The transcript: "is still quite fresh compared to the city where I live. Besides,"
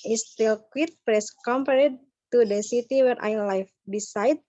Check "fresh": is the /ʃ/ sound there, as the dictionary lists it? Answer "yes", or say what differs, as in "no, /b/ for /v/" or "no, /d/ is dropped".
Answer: no, /s/ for /ʃ/